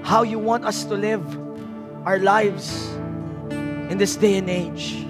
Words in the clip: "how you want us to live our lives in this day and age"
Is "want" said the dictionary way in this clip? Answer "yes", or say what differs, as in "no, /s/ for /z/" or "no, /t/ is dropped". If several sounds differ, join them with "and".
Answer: yes